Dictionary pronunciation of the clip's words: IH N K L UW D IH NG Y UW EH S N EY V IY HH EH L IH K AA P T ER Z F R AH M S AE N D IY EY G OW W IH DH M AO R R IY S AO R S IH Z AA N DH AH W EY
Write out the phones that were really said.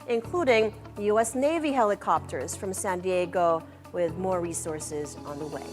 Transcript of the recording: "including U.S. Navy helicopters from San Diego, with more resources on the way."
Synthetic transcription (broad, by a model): IH N K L UW D IH NG Y UW EH S N EY V IY HH EH L IH K AA P T ER Z F R AH M S AE N D IY EY G OW W IH DH M AO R R IY S AO R S IH Z N DH AH W EY